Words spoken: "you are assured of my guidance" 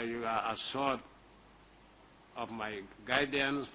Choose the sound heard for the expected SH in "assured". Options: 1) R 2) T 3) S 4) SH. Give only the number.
3